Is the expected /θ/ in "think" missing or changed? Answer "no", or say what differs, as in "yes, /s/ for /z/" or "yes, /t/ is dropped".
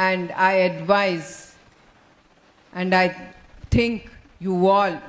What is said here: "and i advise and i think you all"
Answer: yes, /t/ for /θ/